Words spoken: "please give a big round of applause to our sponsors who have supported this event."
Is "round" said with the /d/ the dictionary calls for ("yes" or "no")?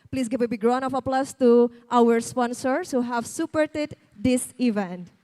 no